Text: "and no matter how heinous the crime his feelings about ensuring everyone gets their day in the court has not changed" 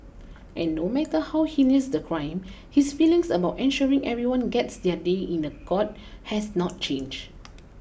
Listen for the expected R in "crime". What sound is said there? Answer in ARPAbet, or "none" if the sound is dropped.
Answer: R